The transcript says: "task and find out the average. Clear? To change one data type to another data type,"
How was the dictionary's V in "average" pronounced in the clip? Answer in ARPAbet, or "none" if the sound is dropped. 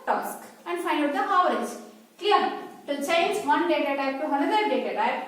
none